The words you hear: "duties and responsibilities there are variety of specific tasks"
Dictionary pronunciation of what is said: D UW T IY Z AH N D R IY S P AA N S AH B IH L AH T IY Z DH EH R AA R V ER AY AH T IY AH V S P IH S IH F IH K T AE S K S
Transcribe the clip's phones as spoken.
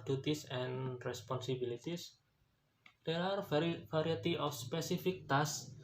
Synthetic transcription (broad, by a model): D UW T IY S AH N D R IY S P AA N S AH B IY L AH T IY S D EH R AA R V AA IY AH T IY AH F S P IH S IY F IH K T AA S S